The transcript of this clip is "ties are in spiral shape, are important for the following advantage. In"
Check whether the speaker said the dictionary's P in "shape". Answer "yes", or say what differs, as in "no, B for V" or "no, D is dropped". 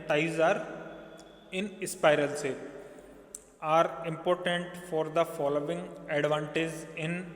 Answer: no, P is dropped